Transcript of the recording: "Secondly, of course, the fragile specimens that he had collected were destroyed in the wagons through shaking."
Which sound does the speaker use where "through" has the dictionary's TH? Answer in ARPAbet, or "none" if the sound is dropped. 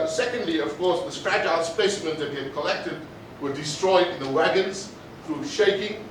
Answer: TH